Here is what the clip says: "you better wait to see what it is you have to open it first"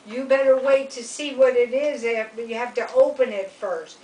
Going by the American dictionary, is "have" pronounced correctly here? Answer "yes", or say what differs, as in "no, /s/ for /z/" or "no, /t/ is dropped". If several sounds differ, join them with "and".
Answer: no, /f/ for /v/